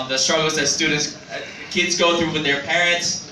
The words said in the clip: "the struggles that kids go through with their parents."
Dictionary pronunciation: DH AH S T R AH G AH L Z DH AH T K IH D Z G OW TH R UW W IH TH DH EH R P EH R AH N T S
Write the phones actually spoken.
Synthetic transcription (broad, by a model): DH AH S T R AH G L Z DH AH T K IH D Z G OW TH R UW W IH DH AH R P EH R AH N T S